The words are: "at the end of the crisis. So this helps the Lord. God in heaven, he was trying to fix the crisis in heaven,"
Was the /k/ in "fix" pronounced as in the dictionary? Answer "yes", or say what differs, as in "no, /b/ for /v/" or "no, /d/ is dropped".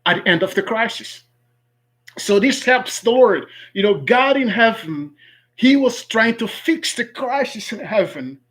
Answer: yes